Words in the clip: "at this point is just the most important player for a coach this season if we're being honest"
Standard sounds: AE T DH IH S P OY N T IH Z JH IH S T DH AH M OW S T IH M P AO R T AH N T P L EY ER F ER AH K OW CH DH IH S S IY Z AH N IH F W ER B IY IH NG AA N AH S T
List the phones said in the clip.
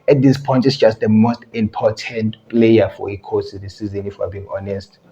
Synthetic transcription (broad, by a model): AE T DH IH S P OY N T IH S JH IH S T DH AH M OW S T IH M P AO T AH N T P L EY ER F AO AH K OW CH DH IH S S IY Z AH N IH F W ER B IY IH NG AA N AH S T